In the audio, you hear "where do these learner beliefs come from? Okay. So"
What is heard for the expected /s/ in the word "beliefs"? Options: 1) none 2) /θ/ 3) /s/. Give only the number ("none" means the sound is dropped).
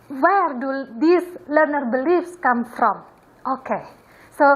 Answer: 3